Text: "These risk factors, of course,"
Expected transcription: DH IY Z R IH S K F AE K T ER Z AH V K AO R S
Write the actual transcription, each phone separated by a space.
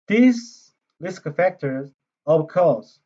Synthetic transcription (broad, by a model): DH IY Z L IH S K F AE K T ER Z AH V K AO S